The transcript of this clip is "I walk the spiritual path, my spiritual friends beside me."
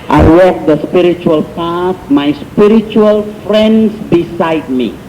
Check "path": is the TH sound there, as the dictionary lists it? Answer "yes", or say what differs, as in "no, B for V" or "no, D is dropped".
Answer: no, S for TH